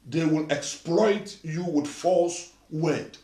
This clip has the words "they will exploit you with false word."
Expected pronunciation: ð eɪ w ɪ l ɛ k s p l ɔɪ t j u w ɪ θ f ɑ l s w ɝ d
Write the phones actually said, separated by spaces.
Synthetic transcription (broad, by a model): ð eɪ w ɪ l ɛ k s p l ɔɪ t j u w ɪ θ f ɑ l s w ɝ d